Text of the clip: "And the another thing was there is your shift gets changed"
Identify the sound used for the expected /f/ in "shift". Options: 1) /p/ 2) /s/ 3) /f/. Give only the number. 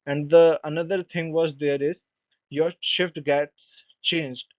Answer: 3